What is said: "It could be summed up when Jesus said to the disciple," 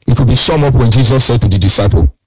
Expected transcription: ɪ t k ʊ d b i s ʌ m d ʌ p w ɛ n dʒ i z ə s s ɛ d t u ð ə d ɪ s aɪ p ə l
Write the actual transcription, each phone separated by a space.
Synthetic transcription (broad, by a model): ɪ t k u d b i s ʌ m ʌ p w ɛ n dʒ i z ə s s ɛ d t u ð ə d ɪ s aɪ p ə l